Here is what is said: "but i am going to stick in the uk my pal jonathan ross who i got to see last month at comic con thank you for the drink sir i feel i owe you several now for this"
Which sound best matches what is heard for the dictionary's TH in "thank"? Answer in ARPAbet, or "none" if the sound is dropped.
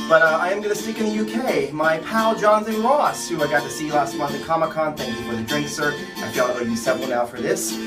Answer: TH